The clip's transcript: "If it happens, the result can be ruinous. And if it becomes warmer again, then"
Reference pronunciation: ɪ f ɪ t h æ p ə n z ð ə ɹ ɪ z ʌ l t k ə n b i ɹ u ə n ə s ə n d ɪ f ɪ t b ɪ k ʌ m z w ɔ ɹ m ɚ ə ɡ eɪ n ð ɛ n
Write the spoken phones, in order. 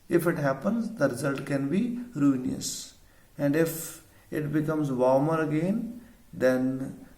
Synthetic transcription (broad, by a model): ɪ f ɪ t h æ p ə n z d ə ɹ ɪ z ʌ l t k ə n b i ɹ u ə n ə s ə n d ɪ f ɪ t b ɪ k ʌ m z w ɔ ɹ m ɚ ə ɡ eɪ n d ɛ n